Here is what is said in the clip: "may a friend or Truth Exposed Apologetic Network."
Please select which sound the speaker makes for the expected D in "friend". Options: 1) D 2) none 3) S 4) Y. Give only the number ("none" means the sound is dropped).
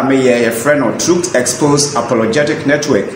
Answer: 2